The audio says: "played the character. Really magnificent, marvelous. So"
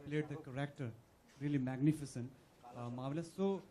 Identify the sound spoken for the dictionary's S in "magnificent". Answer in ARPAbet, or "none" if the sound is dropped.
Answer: S